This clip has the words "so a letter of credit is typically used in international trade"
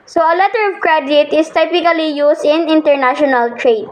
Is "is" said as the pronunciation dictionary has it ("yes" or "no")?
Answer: no